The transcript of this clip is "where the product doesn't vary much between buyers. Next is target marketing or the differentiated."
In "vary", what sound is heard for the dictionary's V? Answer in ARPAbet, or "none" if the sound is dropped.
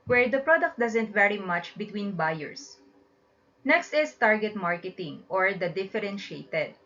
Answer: V